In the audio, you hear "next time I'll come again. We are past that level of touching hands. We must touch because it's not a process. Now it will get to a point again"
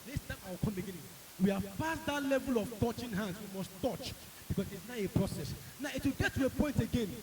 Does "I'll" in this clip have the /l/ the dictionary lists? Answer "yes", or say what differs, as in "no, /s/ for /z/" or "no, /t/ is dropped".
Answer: no, /w/ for /l/